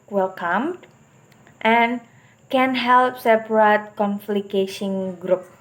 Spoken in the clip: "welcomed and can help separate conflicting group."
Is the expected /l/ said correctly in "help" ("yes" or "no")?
yes